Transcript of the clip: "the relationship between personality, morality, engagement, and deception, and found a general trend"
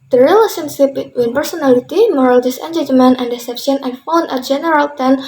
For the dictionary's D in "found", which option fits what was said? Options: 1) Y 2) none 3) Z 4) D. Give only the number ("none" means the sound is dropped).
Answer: 2